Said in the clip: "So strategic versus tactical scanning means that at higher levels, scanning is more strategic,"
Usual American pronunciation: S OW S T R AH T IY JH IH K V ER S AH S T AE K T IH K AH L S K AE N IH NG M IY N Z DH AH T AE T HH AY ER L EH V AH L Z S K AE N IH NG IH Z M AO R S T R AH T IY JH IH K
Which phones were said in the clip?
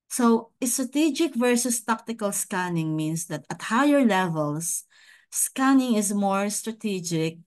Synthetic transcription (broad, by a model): S OW S T R AH T IY JH IH K V ER S AH S T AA K T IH K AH L S K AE N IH NG M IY N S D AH T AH T HH AY ER L EH V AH L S S K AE N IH NG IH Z M AO R S T R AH T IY JH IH K